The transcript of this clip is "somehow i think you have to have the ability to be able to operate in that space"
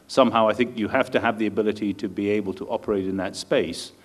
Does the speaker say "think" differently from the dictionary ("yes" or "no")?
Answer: no